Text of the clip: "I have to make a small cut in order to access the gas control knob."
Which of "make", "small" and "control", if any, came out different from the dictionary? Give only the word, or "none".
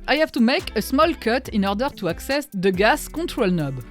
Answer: control